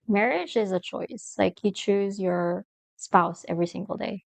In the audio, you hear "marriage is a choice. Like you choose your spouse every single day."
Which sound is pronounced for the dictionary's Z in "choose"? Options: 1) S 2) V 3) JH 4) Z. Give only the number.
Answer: 4